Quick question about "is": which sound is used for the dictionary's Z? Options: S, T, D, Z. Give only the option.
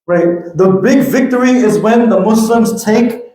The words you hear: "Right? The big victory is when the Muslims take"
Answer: Z